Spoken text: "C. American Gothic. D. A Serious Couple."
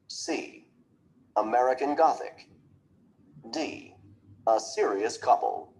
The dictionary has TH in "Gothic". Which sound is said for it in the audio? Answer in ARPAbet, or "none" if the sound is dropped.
TH